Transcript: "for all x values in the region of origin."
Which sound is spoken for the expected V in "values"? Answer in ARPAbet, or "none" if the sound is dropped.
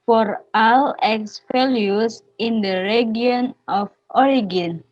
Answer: F